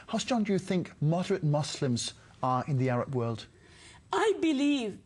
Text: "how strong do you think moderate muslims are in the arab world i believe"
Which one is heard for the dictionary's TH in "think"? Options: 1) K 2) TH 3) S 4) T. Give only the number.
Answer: 2